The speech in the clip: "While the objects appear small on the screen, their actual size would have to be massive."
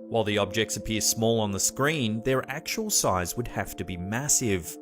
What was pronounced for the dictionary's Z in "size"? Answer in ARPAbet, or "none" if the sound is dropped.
Z